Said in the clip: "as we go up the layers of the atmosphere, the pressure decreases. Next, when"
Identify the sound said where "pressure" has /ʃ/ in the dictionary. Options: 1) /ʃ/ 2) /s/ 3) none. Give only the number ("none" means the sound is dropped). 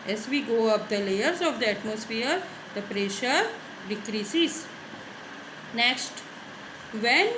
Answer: 1